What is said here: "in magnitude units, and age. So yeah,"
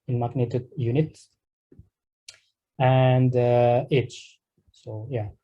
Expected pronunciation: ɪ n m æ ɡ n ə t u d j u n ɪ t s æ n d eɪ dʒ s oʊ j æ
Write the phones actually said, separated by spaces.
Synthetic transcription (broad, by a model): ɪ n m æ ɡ n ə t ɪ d j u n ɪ t æ n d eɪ tʃ s oʊ j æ